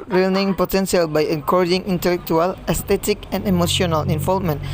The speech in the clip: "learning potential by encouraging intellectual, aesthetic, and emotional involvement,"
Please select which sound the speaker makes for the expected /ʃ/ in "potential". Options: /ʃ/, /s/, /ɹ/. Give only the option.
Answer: /s/